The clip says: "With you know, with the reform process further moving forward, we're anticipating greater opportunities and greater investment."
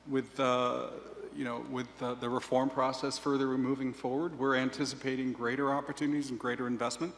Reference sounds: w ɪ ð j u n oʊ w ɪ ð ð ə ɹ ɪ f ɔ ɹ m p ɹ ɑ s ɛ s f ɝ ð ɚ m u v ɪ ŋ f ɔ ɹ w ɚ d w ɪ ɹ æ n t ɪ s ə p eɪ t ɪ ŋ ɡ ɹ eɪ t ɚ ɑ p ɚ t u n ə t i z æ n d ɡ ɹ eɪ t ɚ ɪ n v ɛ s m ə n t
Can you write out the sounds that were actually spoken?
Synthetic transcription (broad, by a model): w ɪ ð j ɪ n oʊ w ɪ ð ð ə ɹ ɪ f ɔ ɹ m p ɹ ɑ s ɛ s f ɝ ð ɚ m u v ɪ ŋ f ɔ ɹ w ɚ d w ɪ ɹ æ n t ɪ s ə p eɪ t ɪ ŋ ɡ ɹ eɪ t ɚ ɑ p ɚ t u n ə t i z n ɡ ɹ eɪ t ɚ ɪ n v ɛ s m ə n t